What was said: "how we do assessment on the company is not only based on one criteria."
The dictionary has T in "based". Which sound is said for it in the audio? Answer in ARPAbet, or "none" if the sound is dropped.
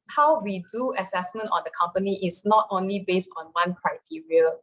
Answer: T